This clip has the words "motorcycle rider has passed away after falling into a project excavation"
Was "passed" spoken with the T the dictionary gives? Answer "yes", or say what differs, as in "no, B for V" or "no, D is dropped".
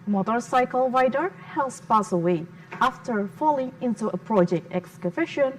no, T is dropped